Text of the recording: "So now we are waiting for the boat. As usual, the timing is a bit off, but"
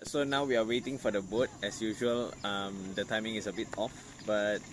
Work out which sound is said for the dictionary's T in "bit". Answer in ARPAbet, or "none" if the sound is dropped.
T